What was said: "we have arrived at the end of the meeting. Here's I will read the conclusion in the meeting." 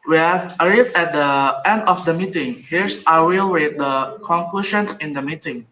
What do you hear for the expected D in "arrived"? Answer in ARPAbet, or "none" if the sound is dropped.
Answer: none